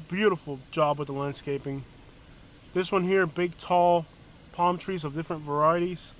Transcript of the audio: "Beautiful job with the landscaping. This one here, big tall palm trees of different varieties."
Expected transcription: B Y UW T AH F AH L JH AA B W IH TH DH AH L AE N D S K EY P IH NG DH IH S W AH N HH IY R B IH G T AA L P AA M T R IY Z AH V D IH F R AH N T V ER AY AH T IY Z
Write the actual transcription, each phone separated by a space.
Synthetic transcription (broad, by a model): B Y UW T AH F L JH AA B W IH DH AH L AE N D S K EY P IH NG DH IH S W AH N HH IY R B IH G T AA L P AA M T R IY Z AH V D IH F R AH N T V ER AY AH T IY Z